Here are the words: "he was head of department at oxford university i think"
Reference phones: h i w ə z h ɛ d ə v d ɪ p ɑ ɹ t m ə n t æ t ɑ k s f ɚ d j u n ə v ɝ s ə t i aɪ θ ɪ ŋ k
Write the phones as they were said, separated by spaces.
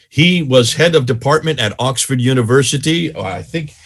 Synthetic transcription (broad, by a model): h i w ə z h ɛ d ə v d ɪ p ɑ ɹ t m ə n t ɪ t ɑ k s f ɚ d j u n ə v ɝ s ə t i aɪ θ ɪ ŋ k